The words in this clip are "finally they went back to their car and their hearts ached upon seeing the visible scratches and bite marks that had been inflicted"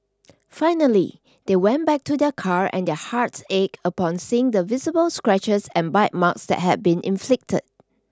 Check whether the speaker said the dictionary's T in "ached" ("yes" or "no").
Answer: no